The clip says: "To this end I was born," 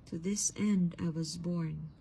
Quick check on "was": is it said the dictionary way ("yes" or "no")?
yes